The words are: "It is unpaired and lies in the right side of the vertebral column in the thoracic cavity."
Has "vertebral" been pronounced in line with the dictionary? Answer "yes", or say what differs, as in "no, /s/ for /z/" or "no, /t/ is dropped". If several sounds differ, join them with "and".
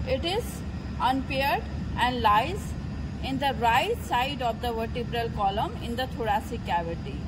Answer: yes